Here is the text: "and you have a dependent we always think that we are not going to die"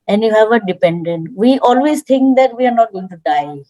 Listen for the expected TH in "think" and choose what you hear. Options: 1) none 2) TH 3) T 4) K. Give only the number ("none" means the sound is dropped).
3